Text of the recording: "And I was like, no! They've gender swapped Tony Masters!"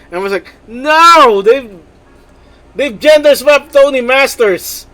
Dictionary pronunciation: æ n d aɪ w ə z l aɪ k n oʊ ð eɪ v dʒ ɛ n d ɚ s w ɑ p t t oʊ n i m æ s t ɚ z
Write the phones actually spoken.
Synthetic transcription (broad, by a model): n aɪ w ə s l aɪ k n oʊ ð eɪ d dʒ ɛ n d ɚ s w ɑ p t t oʊ n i m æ s t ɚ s